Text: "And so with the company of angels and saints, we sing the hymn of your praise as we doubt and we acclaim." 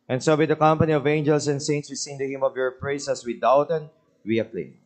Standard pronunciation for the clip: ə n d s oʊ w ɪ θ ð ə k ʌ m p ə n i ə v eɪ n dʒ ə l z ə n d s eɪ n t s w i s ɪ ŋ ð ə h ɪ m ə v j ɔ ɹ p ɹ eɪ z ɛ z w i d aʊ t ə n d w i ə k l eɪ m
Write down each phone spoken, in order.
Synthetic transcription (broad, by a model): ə n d s oʊ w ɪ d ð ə k ʌ m p ə n i ə v eɪ n dʒ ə l s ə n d s eɪ n t s w i s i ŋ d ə h ɪ m ə v j ɔ ɹ p ɹ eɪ s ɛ s w i d aʊ t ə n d w i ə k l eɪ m